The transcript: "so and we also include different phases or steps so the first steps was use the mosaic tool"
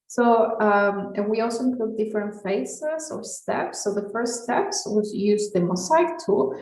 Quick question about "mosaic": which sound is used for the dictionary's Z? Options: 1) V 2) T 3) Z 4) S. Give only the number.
4